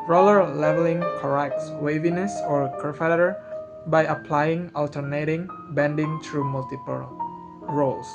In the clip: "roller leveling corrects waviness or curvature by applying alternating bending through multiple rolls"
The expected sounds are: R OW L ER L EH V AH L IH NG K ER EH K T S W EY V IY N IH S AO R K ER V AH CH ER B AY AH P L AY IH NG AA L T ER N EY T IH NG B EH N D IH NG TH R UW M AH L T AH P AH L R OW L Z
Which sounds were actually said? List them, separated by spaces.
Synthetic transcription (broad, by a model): R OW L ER L EH V AH L IH NG K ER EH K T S W EY V IY N IH S AO R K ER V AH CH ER B AY AH P L AY IH NG AA L T ER N EY T IH NG B EH N D IH NG T R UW M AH L T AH P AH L R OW L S